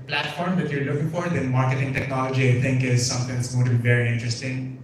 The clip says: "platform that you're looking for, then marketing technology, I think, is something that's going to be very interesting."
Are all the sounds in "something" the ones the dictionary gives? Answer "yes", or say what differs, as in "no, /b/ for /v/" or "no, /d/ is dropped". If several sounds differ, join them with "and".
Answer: no, /t/ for /θ/